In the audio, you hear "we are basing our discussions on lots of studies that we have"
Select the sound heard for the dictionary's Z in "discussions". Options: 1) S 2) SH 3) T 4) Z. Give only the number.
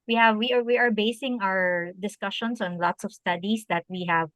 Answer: 1